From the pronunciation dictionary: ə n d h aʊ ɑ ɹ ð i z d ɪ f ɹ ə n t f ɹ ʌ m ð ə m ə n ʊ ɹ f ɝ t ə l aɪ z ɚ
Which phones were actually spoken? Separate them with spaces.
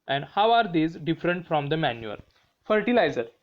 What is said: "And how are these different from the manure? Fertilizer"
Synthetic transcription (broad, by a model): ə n d h aʊ ɑ ɹ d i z d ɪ f ɹ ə n t f ɹ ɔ m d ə m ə n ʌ l f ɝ t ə l aɪ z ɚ